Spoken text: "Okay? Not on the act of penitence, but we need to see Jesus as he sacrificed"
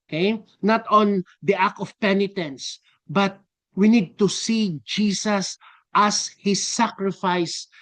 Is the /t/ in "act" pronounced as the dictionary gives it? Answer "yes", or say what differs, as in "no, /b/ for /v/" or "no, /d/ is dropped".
no, /t/ is dropped